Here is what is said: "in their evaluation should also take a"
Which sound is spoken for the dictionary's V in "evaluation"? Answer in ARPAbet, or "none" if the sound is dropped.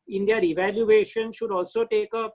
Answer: V